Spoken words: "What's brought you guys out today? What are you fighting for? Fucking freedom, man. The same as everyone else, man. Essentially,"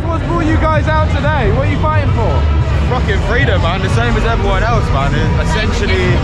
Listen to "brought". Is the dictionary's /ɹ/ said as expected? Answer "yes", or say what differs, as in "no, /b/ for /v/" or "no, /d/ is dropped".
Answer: no, /ɹ/ is dropped